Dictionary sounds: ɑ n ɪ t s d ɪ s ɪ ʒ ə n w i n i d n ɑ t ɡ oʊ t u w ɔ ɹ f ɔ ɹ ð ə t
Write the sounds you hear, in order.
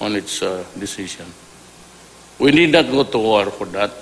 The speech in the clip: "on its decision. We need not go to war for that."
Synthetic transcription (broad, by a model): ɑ n ɪ t s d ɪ s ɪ s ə n w i n i d n ɑ t ɡ oʊ t u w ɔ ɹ f ɔ ɹ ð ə t